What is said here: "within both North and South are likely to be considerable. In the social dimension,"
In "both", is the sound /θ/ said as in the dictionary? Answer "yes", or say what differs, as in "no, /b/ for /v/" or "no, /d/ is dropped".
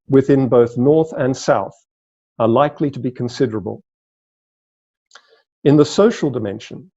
yes